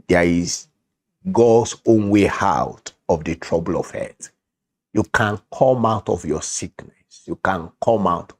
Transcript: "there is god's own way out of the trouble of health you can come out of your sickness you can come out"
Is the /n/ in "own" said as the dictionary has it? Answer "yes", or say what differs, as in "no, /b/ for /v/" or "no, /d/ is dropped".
yes